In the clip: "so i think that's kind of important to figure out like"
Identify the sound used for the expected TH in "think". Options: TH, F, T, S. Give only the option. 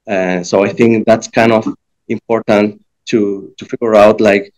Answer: TH